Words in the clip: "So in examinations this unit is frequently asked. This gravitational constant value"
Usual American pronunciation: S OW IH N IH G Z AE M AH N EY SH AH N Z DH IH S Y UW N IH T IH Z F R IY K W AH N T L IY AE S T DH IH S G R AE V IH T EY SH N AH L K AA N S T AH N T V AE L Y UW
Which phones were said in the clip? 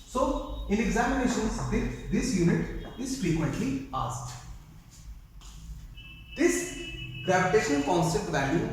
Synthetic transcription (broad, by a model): S OW IH N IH G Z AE M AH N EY SH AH N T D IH S Y UW N IH T IH Z F R IY K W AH N T L IY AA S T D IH S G R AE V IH T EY SH AH N K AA N S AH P T V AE L Y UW